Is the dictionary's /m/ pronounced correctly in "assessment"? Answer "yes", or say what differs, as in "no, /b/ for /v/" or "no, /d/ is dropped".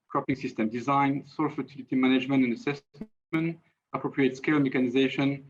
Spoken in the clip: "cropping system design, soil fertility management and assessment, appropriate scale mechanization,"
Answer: no, /m/ is dropped